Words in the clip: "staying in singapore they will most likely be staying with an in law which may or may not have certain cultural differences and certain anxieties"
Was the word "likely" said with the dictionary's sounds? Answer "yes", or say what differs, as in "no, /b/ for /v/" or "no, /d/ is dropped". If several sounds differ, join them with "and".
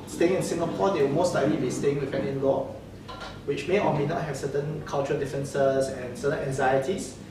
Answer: no, /k/ is dropped